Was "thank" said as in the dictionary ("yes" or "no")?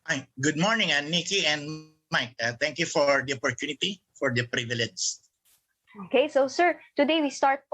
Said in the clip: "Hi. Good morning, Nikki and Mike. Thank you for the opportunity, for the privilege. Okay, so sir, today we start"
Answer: no